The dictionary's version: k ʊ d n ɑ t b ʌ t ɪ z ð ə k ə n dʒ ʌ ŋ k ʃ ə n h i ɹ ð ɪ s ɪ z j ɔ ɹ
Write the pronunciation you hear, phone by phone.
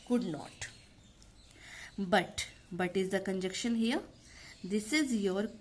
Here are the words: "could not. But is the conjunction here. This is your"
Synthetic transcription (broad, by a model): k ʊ d n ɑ t b ʌ t ɪ z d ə k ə n dʒ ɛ k ʃ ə n h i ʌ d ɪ s ɪ z j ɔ ɹ